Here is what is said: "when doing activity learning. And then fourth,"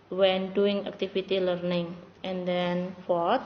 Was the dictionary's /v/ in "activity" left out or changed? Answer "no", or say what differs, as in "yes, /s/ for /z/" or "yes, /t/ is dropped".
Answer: yes, /f/ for /v/